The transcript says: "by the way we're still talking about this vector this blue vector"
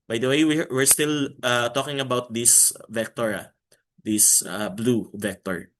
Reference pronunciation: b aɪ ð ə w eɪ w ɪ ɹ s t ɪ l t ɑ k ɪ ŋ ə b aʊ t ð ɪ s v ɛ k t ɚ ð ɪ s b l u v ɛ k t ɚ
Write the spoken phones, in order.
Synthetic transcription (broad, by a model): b aɪ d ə w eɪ w ɪ ɹ s t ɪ l t ɑ k ɪ ŋ ə b aʊ t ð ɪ s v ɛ k t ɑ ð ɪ s b l u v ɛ k t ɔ